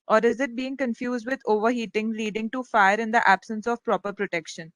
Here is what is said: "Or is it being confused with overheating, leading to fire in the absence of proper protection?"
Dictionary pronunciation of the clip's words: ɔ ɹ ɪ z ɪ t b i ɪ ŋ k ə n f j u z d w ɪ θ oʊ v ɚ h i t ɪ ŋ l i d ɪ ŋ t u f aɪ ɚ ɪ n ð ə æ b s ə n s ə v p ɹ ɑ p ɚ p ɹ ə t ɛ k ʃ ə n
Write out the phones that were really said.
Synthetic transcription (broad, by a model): ɔ ɹ ɪ z ɪ t b i ɪ ŋ k ə n f j u z d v ɪ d oʊ v ɚ h i t ɪ ŋ l i d ɪ ŋ t u f aɪ ɚ ɪ n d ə æ b s ə n s ə v p ɹ ɑ p ɚ p ɹ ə t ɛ k ʃ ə n